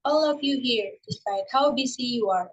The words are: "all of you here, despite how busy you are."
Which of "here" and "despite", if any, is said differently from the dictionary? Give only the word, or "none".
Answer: despite